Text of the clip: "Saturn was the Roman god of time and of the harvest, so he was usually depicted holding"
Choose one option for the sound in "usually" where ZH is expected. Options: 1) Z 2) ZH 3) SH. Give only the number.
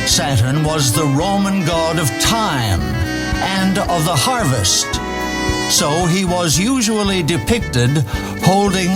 2